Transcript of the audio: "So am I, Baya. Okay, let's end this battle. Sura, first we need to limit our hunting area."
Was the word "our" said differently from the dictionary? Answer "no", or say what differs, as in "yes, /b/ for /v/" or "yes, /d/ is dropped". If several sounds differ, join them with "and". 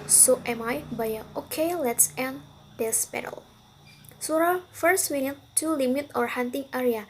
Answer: no